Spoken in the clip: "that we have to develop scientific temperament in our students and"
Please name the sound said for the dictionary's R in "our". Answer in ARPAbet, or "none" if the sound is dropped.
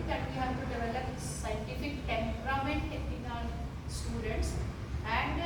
L